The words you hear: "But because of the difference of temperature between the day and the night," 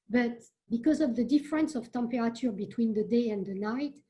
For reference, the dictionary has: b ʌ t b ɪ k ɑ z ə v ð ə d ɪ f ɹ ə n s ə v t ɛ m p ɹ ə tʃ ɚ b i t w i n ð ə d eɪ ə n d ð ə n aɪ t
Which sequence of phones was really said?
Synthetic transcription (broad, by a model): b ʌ t b ɪ k ɑ z ə v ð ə d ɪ f ɹ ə n s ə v t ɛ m p ɹ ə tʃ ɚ b i t w i n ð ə d eɪ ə n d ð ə n aɪ t